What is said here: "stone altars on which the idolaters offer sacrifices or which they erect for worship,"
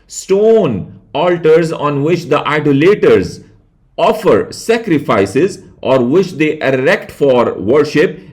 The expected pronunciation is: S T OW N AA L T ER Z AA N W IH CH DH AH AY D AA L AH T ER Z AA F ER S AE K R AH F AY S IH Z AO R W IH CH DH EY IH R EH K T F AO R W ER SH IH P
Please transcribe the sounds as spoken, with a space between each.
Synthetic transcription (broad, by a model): S T OW N AA L T ER Z AA N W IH CH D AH AY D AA L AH T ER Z AA F ER S AE K R AH F AY S IH Z AO R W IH CH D EY IH R EH K T F AO R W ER SH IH P